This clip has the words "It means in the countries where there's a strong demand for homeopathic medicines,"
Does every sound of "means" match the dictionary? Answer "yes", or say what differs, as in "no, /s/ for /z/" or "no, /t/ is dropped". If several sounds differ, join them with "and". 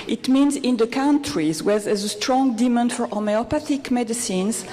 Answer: yes